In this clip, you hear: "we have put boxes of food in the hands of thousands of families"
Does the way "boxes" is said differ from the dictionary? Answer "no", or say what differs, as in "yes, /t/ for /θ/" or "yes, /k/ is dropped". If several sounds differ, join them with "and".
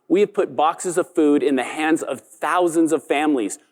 no